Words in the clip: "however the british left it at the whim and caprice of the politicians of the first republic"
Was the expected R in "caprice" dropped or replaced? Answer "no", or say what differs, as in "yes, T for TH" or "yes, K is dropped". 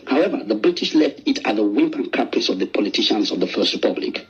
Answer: yes, R is dropped